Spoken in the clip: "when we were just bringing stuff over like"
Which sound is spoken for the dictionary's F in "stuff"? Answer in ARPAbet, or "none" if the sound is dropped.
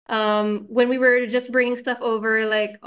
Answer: F